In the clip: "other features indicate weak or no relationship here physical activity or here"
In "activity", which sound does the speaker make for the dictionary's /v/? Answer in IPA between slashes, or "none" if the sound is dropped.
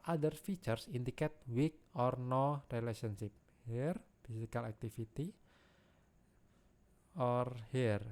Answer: /f/